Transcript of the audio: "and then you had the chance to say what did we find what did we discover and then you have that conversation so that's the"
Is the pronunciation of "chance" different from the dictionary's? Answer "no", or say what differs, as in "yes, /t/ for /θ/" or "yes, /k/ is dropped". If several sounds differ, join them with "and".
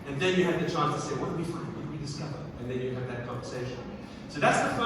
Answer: no